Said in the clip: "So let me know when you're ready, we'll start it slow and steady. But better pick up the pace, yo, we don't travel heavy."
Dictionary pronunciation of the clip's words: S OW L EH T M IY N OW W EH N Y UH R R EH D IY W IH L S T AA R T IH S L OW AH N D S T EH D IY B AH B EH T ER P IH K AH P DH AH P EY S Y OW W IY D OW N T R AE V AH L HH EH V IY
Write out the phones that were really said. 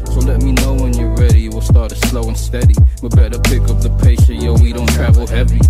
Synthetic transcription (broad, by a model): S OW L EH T M IY N OW W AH N Y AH R R EH D IY W IH L S T AA R T IH S L OW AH N S T EH D IY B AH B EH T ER P IH K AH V DH AH P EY SH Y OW W IY D OW N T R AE V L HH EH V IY